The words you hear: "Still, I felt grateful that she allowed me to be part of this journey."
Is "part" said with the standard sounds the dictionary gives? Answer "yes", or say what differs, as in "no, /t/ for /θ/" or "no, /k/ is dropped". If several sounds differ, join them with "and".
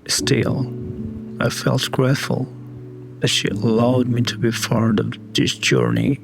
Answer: no, /f/ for /p/